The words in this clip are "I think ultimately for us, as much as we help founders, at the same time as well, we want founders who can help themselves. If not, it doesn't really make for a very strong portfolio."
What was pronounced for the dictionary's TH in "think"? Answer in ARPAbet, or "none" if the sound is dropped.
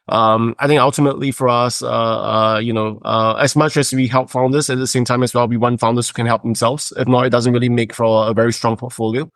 TH